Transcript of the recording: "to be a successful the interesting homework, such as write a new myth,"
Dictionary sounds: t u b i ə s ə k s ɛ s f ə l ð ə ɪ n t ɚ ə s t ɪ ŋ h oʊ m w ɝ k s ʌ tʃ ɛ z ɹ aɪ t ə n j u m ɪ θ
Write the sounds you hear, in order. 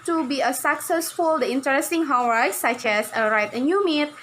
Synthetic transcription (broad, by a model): t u b i ə s ə k s ɛ s f ə l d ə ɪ n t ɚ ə s t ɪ ŋ h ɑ w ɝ s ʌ tʃ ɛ s ɹ aɪ t ə n j u m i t